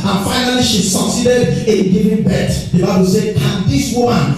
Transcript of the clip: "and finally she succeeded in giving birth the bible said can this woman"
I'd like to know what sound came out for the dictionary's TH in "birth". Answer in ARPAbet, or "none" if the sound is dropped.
T